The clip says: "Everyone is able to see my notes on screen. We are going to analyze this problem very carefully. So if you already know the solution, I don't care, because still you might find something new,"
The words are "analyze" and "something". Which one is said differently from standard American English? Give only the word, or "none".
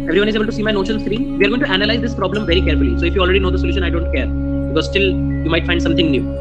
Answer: something